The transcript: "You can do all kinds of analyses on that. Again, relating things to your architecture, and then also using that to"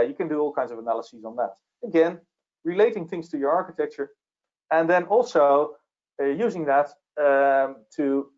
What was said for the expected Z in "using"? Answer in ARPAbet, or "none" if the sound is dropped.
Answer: Z